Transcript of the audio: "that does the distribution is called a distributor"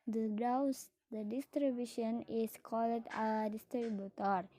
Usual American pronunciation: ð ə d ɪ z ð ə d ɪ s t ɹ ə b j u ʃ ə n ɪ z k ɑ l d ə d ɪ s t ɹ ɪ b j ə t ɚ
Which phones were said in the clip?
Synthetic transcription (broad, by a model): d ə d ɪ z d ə d ɪ s t ɹ ə b j u ʃ ə n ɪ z k ɑ l d ə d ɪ s t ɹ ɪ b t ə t